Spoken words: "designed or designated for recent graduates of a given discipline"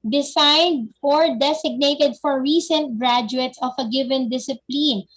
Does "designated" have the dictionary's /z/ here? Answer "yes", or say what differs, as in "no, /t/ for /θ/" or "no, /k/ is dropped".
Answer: no, /s/ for /z/